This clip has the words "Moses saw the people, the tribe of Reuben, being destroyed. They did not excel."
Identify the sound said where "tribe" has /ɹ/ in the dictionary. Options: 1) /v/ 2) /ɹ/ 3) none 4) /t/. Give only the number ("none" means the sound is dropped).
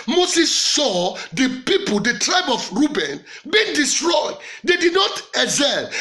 2